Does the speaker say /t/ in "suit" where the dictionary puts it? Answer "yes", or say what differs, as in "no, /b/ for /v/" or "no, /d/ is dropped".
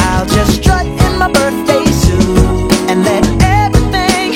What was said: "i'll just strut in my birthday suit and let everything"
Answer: no, /t/ is dropped